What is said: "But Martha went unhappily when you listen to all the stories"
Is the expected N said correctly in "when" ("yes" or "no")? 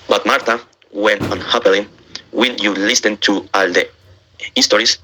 no